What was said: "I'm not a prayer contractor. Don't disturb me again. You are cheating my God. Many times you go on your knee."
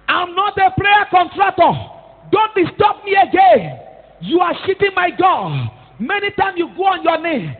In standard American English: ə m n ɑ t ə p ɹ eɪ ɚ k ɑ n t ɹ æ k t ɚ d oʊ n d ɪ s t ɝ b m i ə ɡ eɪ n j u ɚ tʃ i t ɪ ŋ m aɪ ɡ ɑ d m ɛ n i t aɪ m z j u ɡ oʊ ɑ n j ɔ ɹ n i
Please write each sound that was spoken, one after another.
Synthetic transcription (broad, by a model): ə m n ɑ t ə p ɹ eɪ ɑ k ɑ n t ɹ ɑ k t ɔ d oʊ n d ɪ s t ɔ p m i ə ɡ eɪ n j u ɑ ʃ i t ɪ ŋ m aɪ ɡ ɑ d m ɛ n i t aɪ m s j u ɡ oʊ ɑ n j ɔ n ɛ